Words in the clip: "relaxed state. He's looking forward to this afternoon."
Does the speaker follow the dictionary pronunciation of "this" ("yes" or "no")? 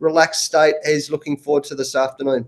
yes